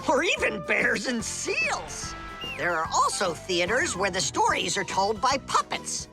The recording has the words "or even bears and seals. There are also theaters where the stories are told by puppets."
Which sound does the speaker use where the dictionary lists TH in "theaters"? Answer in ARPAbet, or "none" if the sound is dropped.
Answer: TH